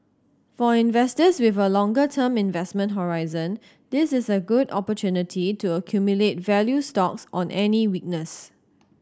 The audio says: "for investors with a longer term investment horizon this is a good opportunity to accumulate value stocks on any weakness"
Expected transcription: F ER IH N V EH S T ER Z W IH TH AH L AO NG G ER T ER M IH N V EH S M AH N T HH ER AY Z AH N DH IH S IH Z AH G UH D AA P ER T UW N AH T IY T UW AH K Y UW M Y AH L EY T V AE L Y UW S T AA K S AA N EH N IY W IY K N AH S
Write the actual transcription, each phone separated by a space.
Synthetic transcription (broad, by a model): F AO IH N V EH S T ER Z W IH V AH L AO NG G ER T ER M IH N V EH S M AH N T HH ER AY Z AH N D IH S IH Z AH G UH D AA P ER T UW N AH T IY T UW AH K Y UW M Y AH L EY T V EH L Y UW S T AA K S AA N EH N IY W IY K N AH S